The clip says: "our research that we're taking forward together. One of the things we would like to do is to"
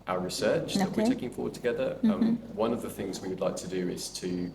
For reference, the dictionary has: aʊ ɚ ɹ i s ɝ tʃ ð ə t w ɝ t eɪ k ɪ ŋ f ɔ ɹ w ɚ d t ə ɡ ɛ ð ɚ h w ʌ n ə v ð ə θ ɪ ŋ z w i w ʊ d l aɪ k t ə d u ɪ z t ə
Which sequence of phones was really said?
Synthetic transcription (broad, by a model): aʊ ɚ ɹ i s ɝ tʃ ð ə t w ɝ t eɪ k ɪ ŋ f ɔ w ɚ d t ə ɡ ɛ ð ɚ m w ʌ n ə v ð ə θ ɪ ŋ z w i w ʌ d l aɪ k t ə d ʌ ɪ z t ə